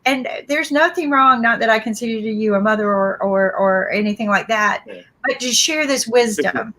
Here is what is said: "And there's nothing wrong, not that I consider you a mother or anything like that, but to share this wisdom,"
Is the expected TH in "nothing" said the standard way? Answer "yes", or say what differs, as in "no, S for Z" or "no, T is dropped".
yes